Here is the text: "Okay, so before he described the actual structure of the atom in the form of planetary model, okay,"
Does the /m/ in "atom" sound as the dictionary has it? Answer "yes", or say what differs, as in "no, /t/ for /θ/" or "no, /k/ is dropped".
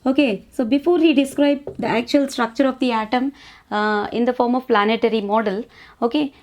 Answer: yes